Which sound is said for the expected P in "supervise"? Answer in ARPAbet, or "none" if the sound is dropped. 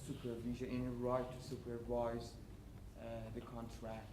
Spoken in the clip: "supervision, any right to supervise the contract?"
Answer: P